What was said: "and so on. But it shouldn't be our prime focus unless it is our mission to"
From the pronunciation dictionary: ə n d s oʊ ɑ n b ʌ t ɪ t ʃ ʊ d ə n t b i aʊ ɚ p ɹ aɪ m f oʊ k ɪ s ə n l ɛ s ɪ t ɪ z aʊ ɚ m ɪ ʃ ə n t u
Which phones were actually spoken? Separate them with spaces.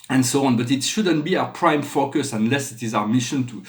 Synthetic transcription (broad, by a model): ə n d s oʊ ɑ n b ʌ t ɪ t ʃ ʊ d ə n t b i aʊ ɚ p ɹ aɪ m f oʊ k ɪ s ə n l ɛ s ɪ t ɪ z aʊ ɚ m ɪ ʃ ə n t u